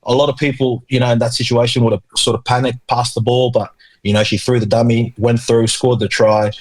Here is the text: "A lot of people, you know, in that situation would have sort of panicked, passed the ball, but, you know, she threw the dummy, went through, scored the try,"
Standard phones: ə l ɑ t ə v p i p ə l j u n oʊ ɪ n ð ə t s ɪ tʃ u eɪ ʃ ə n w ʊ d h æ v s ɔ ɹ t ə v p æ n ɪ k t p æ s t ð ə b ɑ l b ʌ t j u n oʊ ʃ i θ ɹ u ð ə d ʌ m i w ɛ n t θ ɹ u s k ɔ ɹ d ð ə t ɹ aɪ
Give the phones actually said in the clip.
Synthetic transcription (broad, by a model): ə l ɑ t ə v p i p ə l j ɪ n oʊ ɪ n ð ə t s ɪ tʃ u eɪ ʃ ə n w ʊ d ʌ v s ɔ ɹ t ə v p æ n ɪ k p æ s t ð ə b ɑ l b ʌ t j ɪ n oʊ ʃ i θ ɹ u ð ə d ʌ m i w ɛ n θ ɹ u s k ɔ ɹ d ð ə t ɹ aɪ